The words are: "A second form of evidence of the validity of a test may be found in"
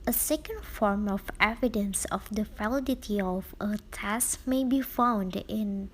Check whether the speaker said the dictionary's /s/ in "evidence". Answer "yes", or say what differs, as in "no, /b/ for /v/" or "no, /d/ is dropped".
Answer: yes